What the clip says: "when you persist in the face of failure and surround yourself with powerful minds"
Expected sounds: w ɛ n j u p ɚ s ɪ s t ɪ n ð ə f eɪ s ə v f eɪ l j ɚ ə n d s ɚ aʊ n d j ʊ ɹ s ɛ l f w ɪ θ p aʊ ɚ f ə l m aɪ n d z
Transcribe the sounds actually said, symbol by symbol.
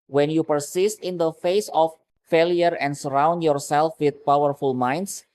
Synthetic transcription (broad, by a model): w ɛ n j u p ɚ s ɪ s t ɪ n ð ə f eɪ s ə f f eɪ l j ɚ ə n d s ɚ aʊ n d j ʊ ɹ s ɛ l f w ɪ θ p aʊ ɚ f ə l m aɪ n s